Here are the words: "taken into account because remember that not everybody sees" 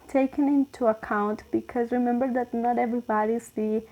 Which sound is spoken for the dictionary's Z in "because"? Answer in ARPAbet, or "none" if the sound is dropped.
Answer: Z